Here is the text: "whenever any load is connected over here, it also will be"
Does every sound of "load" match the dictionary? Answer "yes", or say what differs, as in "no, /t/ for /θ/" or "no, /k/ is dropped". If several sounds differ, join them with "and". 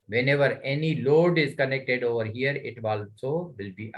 yes